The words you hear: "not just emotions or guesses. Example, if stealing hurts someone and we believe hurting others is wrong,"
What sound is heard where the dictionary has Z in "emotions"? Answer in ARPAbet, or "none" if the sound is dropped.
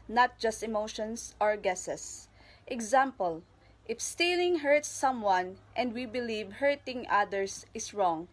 S